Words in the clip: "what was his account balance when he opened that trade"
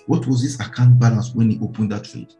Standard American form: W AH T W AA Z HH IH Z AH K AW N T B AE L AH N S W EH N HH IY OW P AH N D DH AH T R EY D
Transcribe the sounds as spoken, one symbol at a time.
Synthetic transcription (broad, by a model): W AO T W AA Z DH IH S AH K AW N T B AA L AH N S W EH N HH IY OW P AH N D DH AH T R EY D